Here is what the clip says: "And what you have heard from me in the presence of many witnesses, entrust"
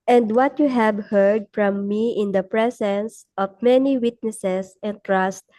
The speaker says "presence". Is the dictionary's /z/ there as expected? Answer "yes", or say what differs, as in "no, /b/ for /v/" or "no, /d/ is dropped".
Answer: no, /s/ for /z/